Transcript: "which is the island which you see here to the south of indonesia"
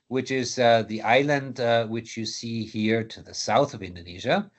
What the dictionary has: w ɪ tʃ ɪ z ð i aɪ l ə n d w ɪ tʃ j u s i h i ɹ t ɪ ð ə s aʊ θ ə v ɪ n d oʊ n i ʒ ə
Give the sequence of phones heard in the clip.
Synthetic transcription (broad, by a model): w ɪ tʃ ɪ z ð i aɪ l ə n d w ɪ tʃ j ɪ s i h i ɹ t ɪ ð ə s aʊ θ ə v ɪ n d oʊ n i ʒ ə